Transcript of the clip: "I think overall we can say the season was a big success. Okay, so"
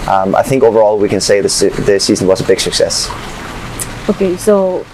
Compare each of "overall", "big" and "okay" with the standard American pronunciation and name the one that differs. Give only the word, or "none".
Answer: none